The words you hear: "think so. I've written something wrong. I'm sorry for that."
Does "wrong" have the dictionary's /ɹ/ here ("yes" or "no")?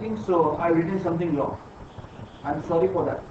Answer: no